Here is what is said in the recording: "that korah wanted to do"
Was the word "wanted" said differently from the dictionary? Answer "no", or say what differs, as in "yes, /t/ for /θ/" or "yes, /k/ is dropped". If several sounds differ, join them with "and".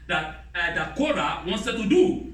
yes, /s/ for /t/